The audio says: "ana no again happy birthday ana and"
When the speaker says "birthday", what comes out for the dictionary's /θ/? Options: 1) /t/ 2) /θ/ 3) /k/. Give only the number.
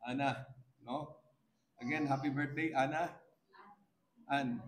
1